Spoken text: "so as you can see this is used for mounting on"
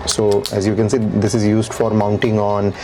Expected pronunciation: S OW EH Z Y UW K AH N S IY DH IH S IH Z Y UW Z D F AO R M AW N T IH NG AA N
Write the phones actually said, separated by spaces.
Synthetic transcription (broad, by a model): S OW EH Z Y UW K AH N S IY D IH S IH Z Y UW Z D F AO R M AW N T IH NG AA N